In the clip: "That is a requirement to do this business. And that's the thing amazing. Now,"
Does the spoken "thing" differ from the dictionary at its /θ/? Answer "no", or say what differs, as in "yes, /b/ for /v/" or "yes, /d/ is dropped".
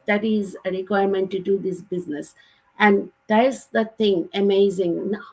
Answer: yes, /t/ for /θ/